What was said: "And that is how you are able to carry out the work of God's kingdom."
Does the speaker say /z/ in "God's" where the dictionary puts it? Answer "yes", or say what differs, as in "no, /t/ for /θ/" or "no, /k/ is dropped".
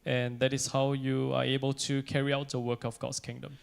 no, /s/ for /z/